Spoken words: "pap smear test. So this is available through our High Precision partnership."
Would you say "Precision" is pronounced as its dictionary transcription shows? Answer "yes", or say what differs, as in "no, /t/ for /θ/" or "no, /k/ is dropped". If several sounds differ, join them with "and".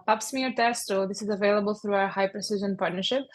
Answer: yes